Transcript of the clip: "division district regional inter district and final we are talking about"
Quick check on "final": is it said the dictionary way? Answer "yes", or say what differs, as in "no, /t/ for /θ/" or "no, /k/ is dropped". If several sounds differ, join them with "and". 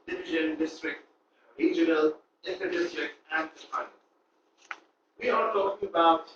no, /p/ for /f/ and /n/ is dropped